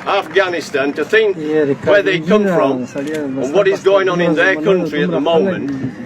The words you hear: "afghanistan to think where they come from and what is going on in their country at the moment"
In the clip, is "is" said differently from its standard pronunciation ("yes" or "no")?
no